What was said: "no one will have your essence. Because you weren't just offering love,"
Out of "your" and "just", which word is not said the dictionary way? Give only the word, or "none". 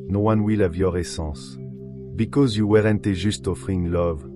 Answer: just